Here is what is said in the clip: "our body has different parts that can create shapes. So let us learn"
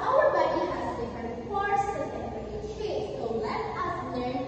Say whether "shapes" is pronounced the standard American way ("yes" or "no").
no